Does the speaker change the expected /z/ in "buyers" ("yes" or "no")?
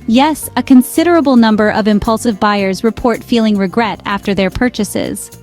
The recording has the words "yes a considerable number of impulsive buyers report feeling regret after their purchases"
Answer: no